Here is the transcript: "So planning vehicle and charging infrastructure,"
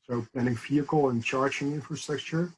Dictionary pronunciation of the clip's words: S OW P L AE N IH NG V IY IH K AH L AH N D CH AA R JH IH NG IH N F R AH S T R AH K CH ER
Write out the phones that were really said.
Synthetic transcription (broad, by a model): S OW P EH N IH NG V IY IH K L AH N CH AA R JH IH NG IH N F R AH S T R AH K CH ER